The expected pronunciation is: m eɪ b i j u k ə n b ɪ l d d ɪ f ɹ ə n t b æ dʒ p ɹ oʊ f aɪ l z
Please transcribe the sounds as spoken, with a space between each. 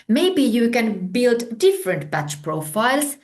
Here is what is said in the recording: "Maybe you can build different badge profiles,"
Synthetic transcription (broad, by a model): m eɪ b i j u k ə n b ɪ l d d ɪ f ɹ ə n t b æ tʃ p ɹ oʊ f aɪ l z